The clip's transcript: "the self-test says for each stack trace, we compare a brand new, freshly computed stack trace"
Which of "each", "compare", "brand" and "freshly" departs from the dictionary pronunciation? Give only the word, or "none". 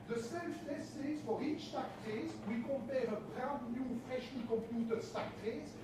brand